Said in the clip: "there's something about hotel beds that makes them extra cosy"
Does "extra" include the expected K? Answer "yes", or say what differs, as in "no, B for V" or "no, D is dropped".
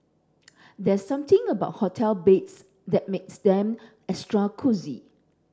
no, K is dropped